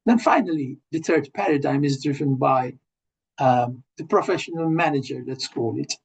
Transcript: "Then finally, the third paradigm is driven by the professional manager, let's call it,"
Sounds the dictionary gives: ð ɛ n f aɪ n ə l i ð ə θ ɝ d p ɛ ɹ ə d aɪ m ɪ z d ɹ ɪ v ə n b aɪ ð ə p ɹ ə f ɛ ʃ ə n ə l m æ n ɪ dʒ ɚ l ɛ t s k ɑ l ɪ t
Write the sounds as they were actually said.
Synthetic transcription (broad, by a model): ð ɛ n f aɪ n ə l i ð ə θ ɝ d p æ ɹ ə d aɪ m ɪ z d ɹ ɪ v ə n b aɪ ð ə p ɹ ə f ɛ ʃ ə n ə l m æ n ɪ dʒ ɚ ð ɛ t s k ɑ l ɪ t